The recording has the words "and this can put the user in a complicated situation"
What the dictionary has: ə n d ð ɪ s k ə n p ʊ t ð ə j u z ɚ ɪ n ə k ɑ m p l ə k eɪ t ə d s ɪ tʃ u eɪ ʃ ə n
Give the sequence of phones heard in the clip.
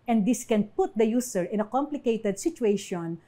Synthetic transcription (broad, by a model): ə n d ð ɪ s k ə n p ʊ t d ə j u s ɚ ɪ n ə k ɑ m p l ə k eɪ t ə d s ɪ tʃ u eɪ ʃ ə n